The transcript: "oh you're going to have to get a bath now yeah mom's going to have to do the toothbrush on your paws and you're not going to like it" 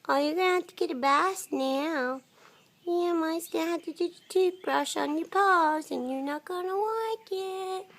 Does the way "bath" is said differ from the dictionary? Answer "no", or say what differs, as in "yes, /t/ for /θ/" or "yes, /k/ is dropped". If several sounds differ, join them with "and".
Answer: yes, /s/ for /θ/